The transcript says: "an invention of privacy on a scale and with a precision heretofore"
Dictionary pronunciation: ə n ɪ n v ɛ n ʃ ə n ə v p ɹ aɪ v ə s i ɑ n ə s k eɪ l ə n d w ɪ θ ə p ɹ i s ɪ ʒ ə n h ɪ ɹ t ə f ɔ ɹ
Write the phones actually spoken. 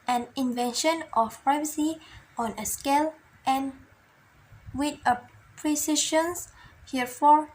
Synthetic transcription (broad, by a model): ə n ɪ n v ɛ n ʃ ə n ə f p ɹ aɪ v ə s i ɑ n ə s k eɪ l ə n w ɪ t ə p ɹ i s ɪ ʃ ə n h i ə f ɔ ɹ